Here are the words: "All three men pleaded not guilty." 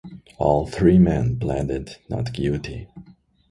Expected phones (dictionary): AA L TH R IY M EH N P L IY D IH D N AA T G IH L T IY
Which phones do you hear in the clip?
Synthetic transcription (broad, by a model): AA L TH R IY M EH N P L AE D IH D N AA T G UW T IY